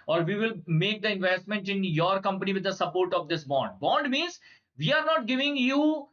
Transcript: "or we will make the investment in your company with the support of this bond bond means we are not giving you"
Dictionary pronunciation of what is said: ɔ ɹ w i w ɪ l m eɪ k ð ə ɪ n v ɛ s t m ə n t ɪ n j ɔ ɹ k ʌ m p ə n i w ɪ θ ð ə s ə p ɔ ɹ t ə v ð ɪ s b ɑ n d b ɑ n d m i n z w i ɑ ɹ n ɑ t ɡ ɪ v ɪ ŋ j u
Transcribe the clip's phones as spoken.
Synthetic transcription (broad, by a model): ɔ ɹ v i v ɪ l m eɪ k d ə ɪ n v ɛ s t m ə n t ɪ n j ɔ ɹ k ʌ m p ə n i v ɪ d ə s ə p ɔ ɹ t ə v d ɪ s b ɑ n d b ɑ n d m i n z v i ɑ ɹ n ɑ t ɡ ɪ v ɪ ŋ j u